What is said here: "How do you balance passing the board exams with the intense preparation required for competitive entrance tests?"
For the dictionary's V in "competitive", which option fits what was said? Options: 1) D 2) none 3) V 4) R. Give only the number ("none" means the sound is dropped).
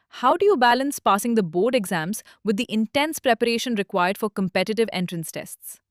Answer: 3